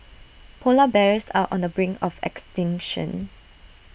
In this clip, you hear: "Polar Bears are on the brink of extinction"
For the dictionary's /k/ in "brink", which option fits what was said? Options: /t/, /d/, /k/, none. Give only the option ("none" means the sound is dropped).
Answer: none